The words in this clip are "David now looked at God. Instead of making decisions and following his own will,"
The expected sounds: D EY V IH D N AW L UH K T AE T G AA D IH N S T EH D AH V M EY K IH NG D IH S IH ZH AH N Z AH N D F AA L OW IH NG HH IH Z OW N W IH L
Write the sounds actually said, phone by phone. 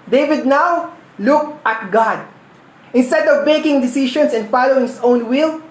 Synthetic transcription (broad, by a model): D EY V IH D N AW L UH K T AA T G AA D IH N S T EH D AH V M EY K IH NG D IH S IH SH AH N S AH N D F AA L OW IH NG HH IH S OW N W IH L